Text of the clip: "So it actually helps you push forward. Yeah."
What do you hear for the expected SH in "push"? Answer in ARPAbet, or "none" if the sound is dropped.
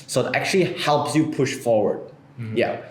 SH